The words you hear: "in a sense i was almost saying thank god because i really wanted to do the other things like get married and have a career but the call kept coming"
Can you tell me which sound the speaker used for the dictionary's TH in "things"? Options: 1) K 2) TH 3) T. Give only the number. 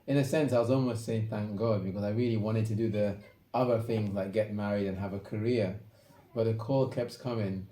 2